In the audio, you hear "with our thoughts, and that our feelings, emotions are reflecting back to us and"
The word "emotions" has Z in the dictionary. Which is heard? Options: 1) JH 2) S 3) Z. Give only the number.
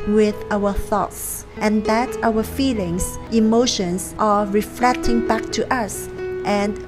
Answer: 2